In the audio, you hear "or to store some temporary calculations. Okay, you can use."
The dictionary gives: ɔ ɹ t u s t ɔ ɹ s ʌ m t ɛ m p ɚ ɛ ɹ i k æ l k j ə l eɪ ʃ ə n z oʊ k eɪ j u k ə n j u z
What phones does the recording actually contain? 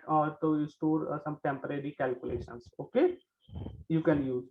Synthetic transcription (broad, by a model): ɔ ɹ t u s t ɔ ɹ s ʌ m t ɛ m p ɚ ɛ ɹ i k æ l k j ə l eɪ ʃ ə n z oʊ k eɪ j u k ə n j u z